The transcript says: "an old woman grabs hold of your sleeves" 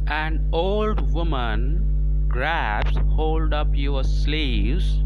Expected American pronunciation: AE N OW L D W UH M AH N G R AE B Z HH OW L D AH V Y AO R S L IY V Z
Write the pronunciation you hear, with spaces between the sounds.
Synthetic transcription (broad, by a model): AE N OW L D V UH M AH N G R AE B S HH OW L D AH P Y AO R S L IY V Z